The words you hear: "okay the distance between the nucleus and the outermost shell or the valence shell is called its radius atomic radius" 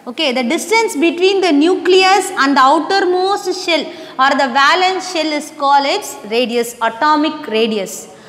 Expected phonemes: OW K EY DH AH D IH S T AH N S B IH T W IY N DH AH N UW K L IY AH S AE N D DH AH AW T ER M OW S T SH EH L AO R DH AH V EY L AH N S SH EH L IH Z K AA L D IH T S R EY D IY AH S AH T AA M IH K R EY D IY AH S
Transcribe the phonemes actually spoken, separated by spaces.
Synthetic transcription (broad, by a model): OW K EY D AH D IH S T AH N S B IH T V IY N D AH N UW K L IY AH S AE N D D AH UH T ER M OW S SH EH L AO R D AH V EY L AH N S SH EH L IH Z K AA L IH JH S R EY D IY AH S AH T AA M IH K R EY D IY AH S